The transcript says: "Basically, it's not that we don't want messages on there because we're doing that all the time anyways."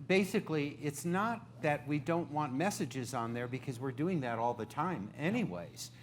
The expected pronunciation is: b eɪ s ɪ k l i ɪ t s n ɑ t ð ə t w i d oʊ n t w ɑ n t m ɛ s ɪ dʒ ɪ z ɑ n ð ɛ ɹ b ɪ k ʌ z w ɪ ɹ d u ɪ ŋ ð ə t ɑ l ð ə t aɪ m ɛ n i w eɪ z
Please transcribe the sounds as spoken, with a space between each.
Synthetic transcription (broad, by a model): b eɪ s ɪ k l i ɪ t s n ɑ t ð ə t w i d oʊ n t w ɑ n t m ɛ s ɪ dʒ ɪ z n ð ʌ ɹ b ɪ k ʌ z w ɪ ɹ d u ɪ ŋ ð ə t ɑ l ð ə t aɪ m ɛ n i w eɪ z